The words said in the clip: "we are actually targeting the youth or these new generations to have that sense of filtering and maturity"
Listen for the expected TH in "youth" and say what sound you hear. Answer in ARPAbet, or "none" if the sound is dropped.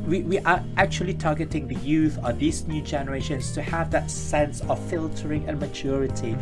TH